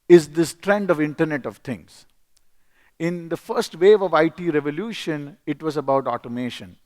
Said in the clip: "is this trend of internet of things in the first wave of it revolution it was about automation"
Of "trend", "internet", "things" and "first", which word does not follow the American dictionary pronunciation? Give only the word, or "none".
things